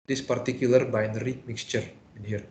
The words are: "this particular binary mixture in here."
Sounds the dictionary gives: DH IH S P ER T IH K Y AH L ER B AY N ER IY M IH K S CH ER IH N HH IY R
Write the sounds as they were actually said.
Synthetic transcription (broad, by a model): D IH S P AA T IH K Y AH L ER B AY N ER IY M IH K S CH ER IH N HH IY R